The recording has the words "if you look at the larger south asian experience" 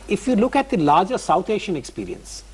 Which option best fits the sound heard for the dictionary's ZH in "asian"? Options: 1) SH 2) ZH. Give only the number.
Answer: 1